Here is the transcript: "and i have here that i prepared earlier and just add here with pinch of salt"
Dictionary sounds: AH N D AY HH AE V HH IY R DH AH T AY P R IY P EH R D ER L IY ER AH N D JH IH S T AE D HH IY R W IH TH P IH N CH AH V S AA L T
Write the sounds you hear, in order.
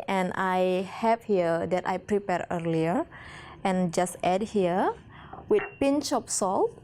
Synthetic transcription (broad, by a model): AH N AY HH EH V HH IY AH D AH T AY P R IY P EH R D ER L IY ER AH N JH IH S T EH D HH IY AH W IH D P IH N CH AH P S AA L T